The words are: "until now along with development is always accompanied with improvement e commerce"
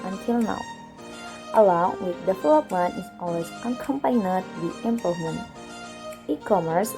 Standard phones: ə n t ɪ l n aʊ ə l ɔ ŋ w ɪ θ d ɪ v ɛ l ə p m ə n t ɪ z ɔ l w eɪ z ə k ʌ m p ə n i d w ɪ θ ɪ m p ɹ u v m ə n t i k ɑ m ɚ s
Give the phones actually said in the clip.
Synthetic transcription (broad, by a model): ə n t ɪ l n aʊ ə l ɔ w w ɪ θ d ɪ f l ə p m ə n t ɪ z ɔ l w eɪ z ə k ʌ m p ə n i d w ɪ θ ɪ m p ʌ m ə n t i k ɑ m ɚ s